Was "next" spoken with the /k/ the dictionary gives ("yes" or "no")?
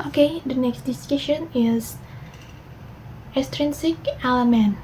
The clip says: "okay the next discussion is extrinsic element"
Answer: yes